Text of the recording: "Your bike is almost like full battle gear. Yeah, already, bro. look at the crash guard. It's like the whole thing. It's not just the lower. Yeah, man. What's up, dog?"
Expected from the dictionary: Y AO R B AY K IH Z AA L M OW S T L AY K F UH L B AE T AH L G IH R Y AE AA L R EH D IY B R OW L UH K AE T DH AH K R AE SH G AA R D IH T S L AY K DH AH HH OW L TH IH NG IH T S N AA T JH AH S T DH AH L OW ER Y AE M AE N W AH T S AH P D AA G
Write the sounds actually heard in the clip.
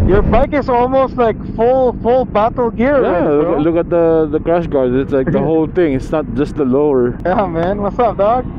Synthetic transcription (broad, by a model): Y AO R B AY K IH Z AA L M OW S T L AY K F UH L B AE T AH L G IH R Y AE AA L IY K L UH K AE T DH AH K R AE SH G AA R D IH T S L AY K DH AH HH OW L TH IH NG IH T S N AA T JH AH S T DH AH L OW ER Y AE M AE N W AH T S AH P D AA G